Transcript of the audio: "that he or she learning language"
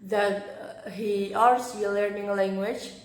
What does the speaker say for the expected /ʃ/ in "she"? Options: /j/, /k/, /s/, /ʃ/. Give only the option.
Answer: /s/